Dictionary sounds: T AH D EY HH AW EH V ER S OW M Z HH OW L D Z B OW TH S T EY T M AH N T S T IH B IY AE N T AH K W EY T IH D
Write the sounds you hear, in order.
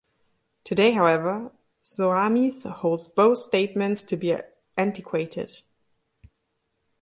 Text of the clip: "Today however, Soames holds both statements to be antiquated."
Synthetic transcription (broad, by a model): T AH D EY HH AW EH V ER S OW M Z HH OW L D Z B OW TH S T EY T M AH N T S T IH B IY AE N T AH K W EY T IH D